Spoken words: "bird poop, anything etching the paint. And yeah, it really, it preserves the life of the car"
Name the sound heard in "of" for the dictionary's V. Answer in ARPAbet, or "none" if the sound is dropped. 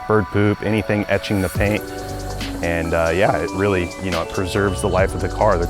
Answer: V